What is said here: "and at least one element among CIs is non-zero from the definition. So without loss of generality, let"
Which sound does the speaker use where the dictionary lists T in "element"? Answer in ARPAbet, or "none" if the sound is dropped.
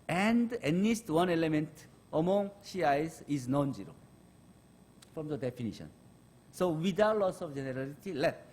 T